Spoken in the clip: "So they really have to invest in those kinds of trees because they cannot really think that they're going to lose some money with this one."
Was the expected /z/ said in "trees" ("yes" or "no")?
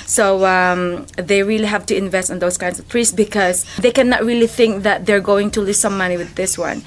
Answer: no